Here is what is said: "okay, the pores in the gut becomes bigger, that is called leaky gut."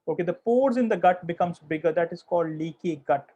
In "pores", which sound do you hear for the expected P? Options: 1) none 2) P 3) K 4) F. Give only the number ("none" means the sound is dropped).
2